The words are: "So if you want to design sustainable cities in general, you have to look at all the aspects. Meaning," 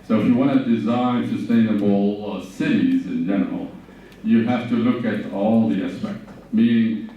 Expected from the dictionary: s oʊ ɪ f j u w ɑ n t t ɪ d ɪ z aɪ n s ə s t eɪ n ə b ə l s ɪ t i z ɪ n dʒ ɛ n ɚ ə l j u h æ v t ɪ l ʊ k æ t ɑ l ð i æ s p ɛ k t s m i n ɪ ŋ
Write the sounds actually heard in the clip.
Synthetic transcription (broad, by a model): s oʊ ɪ f j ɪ w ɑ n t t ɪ d ɪ z aɪ n s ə s t eɪ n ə b l s ɪ t i z ɪ n dʒ ɛ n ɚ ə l j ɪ h æ f t ɪ l ʊ k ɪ t ɑ l ð i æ s p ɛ k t m i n ɪ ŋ